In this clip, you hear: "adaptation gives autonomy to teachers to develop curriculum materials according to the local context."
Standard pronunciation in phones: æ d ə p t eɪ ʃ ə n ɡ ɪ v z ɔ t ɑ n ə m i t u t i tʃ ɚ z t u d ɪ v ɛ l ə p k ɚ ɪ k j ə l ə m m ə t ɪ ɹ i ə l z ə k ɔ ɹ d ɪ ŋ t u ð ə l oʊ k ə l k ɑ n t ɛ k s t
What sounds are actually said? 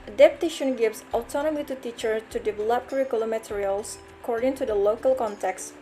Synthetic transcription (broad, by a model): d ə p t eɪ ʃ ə n ɡ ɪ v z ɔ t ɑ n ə m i t u t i tʃ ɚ t u d ɪ v ɛ l ə p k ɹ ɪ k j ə l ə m m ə t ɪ ɹ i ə l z ə k ɔ ɹ d ɪ ŋ t u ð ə l oʊ k ə l k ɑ n t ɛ k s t